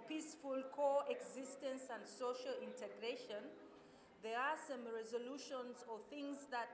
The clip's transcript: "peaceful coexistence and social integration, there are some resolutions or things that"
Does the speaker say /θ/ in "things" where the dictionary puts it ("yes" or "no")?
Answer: yes